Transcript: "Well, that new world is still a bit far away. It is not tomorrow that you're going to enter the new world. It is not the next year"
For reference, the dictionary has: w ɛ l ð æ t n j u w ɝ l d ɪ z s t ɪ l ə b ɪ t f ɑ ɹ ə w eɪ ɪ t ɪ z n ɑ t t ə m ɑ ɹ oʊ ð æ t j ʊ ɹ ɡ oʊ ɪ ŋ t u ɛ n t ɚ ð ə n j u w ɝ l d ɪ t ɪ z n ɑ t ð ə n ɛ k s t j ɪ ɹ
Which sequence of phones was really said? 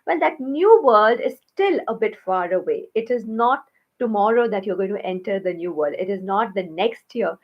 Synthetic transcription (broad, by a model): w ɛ l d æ t n j u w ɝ l d ɪ z s t ɪ l ə b ɪ t f ɑ ɹ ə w eɪ ɪ t ɪ z n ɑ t t ə m ɑ ɹ oʊ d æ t j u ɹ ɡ oʊ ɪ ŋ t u ɛ n t ɚ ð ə n j u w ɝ l d ɪ t ɪ z n ɑ t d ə n ɛ k s t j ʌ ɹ